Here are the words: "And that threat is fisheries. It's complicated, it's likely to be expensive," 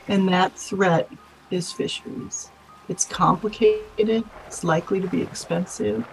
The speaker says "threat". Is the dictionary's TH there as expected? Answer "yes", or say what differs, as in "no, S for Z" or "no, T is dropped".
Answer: yes